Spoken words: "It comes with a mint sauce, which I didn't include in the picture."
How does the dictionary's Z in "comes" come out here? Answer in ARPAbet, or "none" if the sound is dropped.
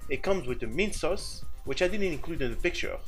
Z